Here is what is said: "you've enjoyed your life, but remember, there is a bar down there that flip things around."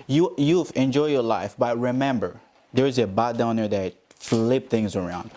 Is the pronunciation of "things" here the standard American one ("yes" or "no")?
yes